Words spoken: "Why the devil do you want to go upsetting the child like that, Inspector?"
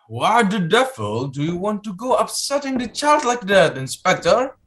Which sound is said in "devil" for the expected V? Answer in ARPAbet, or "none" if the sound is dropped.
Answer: F